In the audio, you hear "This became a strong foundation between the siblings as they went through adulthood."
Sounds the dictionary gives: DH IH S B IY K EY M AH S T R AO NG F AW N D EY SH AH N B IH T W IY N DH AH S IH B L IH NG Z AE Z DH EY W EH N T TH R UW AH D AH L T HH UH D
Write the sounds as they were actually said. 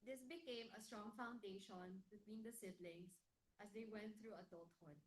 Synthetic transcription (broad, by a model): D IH S B IY K EY M AH S T R AO NG F AW N D EY SH AH N B IH T W IY N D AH S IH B L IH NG S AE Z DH EY W EH N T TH R UW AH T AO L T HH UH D